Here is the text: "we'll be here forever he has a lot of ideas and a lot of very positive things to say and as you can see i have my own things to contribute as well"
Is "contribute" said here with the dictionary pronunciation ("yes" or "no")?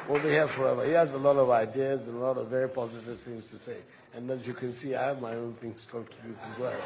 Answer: no